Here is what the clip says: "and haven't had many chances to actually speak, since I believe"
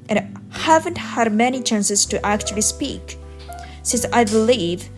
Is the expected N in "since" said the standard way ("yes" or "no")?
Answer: yes